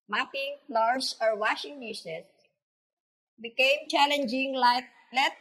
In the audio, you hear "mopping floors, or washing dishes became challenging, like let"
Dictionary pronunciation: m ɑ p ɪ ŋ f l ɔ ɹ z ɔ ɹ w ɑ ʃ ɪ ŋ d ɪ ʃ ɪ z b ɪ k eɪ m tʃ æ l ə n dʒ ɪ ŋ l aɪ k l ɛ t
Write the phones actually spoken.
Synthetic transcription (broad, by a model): m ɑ p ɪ ŋ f l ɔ ɹ s ɔ ɹ w ɑ ʃ ɪ ŋ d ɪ s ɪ s b ɪ k eɪ m tʃ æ l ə n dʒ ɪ ŋ l aɪ k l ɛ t